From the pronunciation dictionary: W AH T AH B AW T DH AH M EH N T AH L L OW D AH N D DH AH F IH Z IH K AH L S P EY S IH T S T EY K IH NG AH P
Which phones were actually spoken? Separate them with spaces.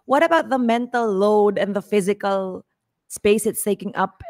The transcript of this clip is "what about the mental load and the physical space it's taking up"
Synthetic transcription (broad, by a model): W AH T AH B AW T DH AH M EH N T AH L L OW D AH N DH AH F IH Z IH K AH L S P EY S IH T S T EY K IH NG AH P